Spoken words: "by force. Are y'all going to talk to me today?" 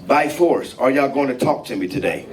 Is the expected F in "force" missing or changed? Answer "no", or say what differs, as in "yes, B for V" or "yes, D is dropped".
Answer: no